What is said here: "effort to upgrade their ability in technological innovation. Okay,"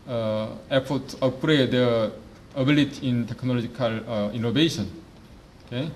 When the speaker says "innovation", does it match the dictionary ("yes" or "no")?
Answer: no